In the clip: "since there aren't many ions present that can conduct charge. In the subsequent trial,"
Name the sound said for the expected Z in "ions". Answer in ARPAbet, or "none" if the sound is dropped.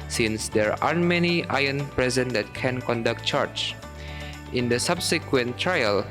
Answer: none